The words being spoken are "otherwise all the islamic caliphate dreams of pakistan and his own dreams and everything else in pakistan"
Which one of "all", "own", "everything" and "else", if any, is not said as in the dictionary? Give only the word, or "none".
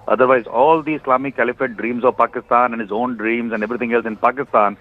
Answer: everything